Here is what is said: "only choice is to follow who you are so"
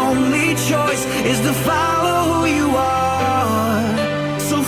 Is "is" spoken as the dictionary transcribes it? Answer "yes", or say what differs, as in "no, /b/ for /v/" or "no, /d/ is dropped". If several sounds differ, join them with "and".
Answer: yes